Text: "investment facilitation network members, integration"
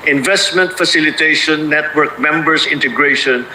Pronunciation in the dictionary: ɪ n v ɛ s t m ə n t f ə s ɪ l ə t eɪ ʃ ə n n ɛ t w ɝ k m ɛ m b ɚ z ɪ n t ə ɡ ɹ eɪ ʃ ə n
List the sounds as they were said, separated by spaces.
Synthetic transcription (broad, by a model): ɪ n v ɛ s t m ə n t f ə s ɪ l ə t eɪ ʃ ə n n ɛ t w ɝ k m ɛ m b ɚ s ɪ n t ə ɡ ɹ eɪ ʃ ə n